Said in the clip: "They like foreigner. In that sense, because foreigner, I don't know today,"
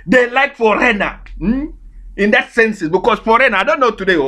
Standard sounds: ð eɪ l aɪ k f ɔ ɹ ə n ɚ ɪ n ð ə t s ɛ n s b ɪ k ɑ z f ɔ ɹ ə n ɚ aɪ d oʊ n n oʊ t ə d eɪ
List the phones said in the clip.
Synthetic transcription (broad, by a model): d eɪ l aɪ k f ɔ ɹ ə n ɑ ɪ n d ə t s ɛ n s b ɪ k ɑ s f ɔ ɹ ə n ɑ aɪ d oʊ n n oʊ t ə d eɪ